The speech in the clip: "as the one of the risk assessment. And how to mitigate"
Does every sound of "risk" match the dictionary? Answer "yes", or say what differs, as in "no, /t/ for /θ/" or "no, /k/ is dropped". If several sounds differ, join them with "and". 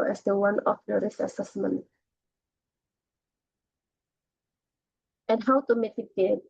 no, /k/ is dropped